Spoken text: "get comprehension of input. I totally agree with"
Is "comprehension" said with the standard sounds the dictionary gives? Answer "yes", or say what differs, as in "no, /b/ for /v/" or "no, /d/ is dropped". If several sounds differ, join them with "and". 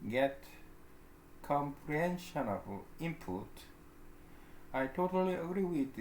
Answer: yes